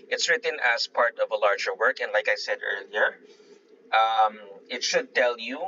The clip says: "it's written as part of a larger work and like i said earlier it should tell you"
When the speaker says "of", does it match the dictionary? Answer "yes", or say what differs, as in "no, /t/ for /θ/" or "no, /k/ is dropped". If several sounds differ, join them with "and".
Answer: yes